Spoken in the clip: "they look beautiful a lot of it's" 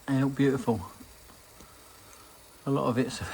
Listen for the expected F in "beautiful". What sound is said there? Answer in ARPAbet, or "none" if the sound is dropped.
F